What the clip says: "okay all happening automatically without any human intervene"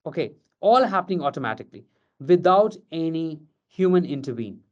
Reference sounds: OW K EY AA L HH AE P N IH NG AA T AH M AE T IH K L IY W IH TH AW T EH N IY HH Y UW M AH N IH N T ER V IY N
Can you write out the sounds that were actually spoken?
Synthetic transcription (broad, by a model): OW K EY AA L HH AE P N IH NG AA T AH M AE T IH K L IY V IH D AW T EH N IY HH Y UW M AH N IH N T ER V IY N